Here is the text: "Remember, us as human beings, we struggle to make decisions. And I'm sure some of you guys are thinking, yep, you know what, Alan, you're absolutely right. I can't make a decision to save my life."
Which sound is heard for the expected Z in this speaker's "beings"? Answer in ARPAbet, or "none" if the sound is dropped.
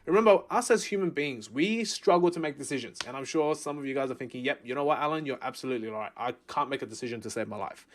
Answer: Z